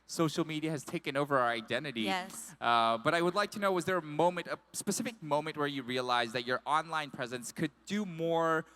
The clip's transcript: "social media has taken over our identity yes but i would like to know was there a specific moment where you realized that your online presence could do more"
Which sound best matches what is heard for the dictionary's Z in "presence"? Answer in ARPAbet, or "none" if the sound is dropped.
Z